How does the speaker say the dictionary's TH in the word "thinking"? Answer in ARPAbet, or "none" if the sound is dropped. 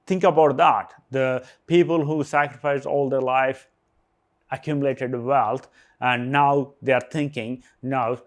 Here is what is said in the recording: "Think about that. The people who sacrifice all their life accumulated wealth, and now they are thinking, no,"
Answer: T